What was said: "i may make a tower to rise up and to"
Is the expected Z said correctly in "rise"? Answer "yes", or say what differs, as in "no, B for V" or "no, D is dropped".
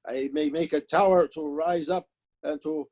yes